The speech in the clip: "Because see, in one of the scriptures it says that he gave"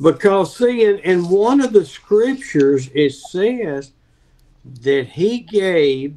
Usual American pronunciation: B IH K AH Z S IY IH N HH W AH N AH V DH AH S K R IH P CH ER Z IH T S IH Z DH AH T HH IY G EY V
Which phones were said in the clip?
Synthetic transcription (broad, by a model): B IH K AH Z S IY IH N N W AH N AH V DH AH S K R IH P CH ER Z IH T S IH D DH AH T HH IY G EY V